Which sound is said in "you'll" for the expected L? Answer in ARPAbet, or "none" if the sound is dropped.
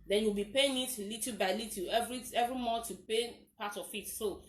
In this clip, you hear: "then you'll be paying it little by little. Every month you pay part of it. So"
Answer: W